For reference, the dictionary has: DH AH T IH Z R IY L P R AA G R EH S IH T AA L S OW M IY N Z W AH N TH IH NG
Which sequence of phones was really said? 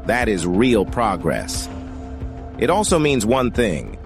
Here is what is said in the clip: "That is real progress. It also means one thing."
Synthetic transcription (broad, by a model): DH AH T IH Z R IY L P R AA G R EH S IH T AA L S OW M IY N Z W AH N TH IH NG